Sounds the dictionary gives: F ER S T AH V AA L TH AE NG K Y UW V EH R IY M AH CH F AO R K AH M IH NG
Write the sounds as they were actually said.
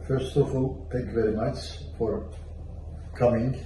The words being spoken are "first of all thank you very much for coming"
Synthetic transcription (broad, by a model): F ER S T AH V AA L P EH K V EH R IY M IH S F AO R K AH M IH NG